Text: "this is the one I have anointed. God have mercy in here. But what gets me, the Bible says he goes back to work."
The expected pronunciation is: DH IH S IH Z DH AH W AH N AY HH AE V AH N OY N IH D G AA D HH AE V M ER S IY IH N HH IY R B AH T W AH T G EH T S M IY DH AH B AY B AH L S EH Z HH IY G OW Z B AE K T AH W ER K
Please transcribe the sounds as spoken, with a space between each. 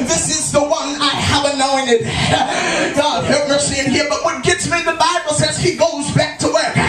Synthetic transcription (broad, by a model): DH IH S IH Z DH AH W AH N AY HH AE V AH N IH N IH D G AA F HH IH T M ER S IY IH N HH IY R B AH T W AH T G EH T S M IY DH AH B AY B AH L S EH Z HH IY G OW Z B AE K T AH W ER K